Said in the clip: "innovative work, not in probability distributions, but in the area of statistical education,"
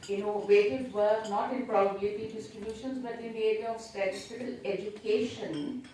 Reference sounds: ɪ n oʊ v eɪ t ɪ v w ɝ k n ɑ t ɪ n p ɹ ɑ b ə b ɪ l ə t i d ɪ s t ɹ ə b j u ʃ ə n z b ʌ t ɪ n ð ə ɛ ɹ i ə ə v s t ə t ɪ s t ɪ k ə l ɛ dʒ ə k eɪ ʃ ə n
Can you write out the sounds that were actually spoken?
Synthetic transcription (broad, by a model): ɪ n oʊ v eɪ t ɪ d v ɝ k n ɑ t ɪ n p ɹ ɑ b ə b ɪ ə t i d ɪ s t ɹ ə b j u ʃ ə n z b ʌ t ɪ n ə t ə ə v s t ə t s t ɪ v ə l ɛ dʒ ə k eɪ ʃ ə n